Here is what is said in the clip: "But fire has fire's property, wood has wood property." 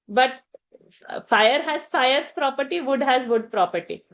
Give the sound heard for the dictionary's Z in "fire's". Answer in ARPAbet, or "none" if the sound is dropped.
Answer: S